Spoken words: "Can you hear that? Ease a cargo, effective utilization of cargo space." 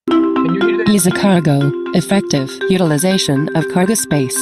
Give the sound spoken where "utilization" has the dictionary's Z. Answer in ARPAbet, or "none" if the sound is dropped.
Z